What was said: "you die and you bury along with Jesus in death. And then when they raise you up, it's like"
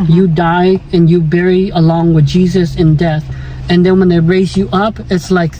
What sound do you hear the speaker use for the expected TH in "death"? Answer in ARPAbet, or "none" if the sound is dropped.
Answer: TH